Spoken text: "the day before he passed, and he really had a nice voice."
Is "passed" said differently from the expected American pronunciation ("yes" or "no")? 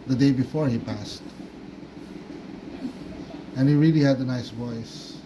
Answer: no